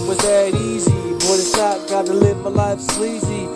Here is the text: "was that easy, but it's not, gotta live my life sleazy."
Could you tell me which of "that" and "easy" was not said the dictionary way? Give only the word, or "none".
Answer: none